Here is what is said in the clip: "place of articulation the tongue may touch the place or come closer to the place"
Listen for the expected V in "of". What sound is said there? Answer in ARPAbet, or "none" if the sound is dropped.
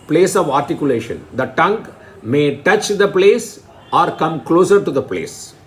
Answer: V